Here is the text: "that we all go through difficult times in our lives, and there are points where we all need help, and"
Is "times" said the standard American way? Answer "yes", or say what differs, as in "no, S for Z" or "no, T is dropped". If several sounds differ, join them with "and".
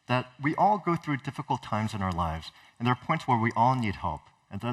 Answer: yes